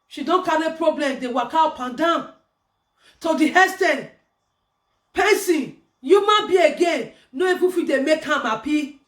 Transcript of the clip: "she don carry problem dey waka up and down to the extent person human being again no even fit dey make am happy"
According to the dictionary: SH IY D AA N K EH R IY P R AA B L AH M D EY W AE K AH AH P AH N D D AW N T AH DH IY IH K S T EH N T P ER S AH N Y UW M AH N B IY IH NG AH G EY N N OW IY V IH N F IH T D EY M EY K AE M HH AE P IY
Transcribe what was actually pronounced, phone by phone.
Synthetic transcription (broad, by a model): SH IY D AA N K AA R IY P R AA B L AH M D EY W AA K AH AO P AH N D D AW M T AH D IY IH S T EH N P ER S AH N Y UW M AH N B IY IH G EY N N OW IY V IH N F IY D EY M EY K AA M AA P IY